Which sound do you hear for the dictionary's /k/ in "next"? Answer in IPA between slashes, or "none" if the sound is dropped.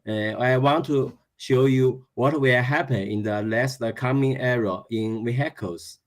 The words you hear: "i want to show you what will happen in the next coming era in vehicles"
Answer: none